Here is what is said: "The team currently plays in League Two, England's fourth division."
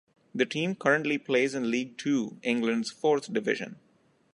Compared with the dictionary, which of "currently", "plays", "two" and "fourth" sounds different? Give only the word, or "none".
fourth